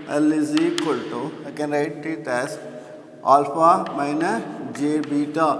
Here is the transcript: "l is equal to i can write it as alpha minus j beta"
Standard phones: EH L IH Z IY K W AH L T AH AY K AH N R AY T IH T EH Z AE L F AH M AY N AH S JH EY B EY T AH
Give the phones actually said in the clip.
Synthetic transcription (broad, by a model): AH L IH Z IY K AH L T AH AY K AH N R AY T IH T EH S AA L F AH M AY N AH JH EY B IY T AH